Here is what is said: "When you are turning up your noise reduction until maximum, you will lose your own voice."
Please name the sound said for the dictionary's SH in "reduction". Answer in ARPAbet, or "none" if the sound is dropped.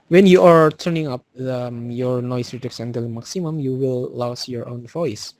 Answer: S